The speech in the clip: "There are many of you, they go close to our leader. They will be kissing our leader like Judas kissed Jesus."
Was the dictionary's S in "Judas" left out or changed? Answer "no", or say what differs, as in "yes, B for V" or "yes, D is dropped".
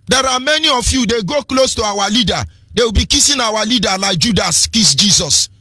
no